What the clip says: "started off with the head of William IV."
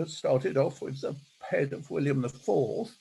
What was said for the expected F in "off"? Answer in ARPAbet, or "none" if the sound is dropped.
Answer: F